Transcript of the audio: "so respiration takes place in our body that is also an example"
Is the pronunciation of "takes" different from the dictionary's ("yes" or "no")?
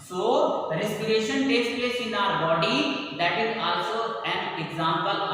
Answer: no